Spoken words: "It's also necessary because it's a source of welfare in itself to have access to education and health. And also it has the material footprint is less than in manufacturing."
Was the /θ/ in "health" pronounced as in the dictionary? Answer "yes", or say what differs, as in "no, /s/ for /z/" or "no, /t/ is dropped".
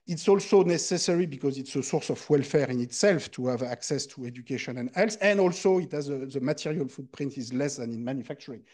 no, /s/ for /θ/